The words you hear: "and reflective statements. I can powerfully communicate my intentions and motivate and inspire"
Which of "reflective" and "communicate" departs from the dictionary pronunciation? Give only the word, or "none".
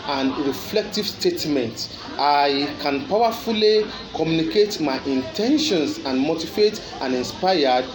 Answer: none